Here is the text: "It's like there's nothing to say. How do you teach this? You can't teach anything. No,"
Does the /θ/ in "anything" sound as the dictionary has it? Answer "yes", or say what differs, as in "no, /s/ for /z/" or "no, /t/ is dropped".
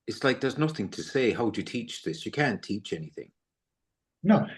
yes